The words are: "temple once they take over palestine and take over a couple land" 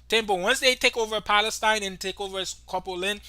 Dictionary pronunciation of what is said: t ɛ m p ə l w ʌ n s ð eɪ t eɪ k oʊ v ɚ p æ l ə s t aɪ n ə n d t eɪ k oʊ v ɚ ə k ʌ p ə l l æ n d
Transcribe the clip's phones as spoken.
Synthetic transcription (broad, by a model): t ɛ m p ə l w ʌ n s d eɪ t eɪ k oʊ v ɚ p æ l ə s t aɪ n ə n t eɪ k oʊ v ɚ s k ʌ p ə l l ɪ n